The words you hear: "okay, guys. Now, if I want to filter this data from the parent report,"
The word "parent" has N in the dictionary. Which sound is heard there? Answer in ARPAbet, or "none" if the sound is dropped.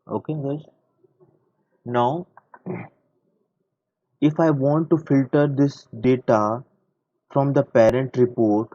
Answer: N